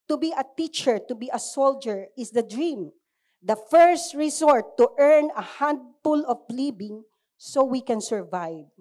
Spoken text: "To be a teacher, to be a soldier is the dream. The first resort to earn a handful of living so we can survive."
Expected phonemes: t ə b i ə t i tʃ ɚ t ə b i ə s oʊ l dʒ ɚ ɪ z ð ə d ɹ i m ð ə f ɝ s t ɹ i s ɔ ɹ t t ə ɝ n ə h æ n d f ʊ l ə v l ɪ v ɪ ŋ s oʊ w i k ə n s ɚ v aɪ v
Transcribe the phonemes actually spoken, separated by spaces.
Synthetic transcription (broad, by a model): t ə b i ə t i tʃ ɚ t ə b i ə s oʊ l dʒ ɚ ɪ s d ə d ɹ i m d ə f ɝ s t ɹ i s ɔ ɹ t t ɝ n ə h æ n d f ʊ l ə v l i b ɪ ŋ s oʊ w i k ə n s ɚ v aɪ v